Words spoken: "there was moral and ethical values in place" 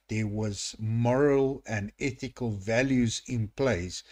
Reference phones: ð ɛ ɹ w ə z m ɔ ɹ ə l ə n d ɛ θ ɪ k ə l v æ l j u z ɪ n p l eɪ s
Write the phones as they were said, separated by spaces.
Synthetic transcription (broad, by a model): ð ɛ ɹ w ə z m ɔ ɹ ə l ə n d ɛ θ ɪ k ə l v æ l j u z ɪ n p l eɪ s